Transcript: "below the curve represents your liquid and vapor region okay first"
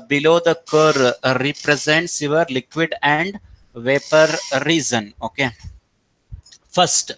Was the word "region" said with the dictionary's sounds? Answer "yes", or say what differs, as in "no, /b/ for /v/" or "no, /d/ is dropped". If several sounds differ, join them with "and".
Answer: no, /z/ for /dʒ/